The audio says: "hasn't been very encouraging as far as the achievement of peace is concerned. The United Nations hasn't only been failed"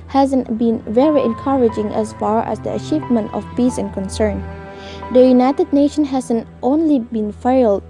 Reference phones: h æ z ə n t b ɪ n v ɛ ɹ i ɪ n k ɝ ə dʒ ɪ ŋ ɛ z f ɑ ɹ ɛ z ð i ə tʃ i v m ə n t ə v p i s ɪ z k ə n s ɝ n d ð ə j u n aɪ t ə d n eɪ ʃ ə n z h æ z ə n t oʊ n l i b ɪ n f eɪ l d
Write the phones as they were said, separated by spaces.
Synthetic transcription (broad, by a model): h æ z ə n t b ɪ n v ɛ ɹ i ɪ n k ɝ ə dʒ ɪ ŋ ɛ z f ɑ ɹ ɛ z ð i ə tʃ i v m ə n t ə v p i s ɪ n k ə n s ɝ n d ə j u n aɪ t ə d n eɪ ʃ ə n h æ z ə n t oʊ n l i b ɪ n f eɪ l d